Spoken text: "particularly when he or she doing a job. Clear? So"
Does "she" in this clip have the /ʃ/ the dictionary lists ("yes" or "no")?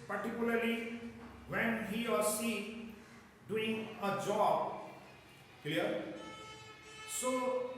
no